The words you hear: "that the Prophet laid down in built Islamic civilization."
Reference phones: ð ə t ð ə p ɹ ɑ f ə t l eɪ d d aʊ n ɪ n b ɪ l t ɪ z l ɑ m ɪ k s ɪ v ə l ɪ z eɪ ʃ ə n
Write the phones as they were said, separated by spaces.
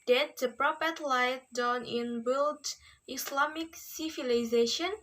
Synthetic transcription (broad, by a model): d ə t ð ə p ɹ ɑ p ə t l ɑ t d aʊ n ɪ n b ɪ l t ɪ s l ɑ m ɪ k s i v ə l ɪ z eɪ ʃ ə n